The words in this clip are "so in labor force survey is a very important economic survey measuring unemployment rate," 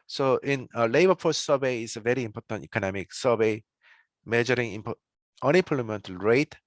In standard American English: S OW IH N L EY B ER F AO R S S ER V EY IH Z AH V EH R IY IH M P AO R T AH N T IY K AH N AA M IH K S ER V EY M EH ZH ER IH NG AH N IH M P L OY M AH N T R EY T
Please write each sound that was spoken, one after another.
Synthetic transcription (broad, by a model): S OW IH N L EY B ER P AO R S S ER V EY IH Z AH V EH R IY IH M P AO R T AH N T IY K AH N AA M IH K S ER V EY M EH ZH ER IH NG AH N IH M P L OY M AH N T R EY T